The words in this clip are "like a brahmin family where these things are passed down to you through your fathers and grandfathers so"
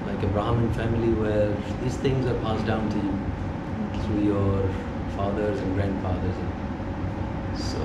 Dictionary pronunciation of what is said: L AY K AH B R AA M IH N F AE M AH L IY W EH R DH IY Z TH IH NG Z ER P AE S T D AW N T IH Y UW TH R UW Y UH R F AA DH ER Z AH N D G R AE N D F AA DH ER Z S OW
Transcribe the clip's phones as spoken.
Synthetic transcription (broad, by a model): L AY K AH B R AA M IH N F AE M AH L IY W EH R DH IY Z TH IH NG Z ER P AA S D AW N T IH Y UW TH R UW Y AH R F AA DH ER Z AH N G R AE N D F AA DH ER Z S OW